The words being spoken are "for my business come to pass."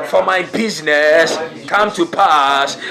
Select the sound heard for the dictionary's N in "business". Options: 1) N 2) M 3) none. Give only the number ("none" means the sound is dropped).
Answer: 1